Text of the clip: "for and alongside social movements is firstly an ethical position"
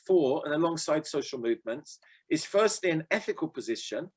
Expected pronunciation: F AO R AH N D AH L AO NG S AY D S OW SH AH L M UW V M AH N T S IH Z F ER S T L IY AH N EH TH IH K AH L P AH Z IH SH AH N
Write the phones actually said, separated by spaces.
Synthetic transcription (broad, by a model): F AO R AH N AH L AO NG S AY D S OW SH AH L M UW V M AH N T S IH Z F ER S T L IY AH N EH TH IH K AH L P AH Z IH SH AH N